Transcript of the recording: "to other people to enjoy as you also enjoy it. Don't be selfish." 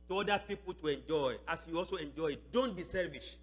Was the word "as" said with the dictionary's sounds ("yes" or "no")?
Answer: no